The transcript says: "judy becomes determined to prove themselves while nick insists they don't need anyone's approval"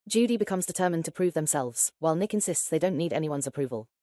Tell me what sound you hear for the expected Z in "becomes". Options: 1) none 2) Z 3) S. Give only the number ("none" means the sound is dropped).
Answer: 2